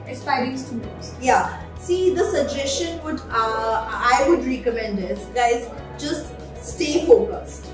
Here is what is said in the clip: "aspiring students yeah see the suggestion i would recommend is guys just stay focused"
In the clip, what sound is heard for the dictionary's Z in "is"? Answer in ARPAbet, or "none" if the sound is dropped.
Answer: S